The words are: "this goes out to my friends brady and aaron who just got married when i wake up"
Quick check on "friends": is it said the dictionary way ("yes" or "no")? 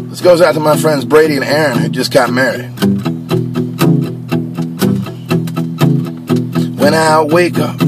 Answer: yes